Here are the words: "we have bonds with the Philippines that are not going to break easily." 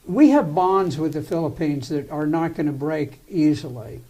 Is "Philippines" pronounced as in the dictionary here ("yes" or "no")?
yes